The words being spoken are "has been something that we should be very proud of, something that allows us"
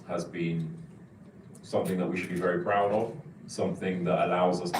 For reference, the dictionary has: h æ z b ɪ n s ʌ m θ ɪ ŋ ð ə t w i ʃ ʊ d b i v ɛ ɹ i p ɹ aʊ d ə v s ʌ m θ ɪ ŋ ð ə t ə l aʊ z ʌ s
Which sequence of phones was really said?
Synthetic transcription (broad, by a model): h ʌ z b ɪ n s ʌ m θ ɪ ŋ ð ə t w i ʃ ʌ d b i v ɛ ɹ i p ɹ aʊ d ə v s ʌ m θ ɪ ŋ ð ə t ə l aʊ z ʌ s